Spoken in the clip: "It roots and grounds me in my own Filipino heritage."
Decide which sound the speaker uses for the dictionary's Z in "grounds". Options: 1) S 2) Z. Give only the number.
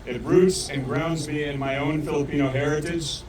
2